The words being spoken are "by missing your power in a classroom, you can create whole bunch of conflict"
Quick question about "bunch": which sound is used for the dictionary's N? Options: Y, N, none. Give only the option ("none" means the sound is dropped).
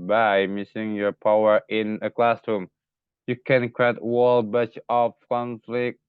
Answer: none